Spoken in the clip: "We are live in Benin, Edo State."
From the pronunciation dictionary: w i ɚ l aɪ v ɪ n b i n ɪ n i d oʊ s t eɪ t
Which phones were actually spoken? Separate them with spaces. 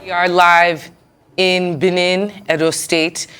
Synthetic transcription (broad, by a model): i ɚ l aɪ v ɪ n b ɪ n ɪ n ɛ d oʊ s t eɪ t